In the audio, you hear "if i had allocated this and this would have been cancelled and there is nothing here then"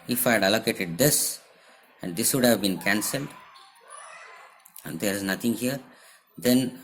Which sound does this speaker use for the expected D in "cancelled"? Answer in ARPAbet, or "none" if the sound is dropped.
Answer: D